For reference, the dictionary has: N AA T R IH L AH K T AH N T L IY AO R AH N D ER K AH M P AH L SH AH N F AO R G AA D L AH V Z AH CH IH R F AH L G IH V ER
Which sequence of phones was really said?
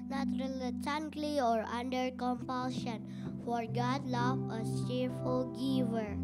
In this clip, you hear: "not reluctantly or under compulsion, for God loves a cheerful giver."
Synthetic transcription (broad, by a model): N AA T R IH L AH T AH N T L IY AO R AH N D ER K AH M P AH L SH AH N F AO R G AA D L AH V AH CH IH R F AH L G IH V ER